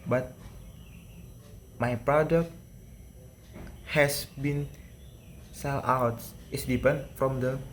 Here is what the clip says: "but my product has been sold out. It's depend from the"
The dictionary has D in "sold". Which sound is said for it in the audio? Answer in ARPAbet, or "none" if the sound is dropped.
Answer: none